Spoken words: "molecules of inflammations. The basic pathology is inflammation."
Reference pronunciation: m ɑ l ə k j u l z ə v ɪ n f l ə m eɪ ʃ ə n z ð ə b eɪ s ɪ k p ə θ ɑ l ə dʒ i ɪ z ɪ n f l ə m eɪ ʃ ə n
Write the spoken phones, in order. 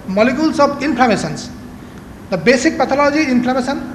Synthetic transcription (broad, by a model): m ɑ l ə k j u l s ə b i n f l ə m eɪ s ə n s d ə b eɪ s ɪ k p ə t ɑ l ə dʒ i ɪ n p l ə m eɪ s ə n